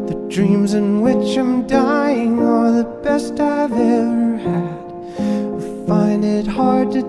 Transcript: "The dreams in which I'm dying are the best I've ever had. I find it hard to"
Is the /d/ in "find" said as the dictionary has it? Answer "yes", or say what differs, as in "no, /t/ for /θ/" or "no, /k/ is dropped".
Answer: yes